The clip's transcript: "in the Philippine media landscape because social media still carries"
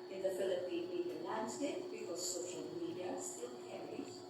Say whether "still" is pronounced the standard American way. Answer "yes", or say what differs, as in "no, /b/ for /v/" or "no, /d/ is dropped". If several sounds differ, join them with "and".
no, /n/ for /l/